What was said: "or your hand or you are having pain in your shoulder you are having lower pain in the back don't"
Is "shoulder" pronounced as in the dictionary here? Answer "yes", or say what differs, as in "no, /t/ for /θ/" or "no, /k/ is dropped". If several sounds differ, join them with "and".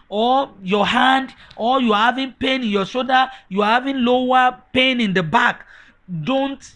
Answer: no, /l/ is dropped